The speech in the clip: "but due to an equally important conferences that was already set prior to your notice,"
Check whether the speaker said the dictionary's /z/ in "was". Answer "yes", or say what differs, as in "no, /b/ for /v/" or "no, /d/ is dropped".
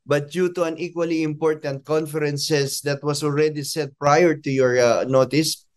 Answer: no, /s/ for /z/